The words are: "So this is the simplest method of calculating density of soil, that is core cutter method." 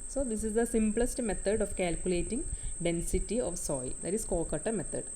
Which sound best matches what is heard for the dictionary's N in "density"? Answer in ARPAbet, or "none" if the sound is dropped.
N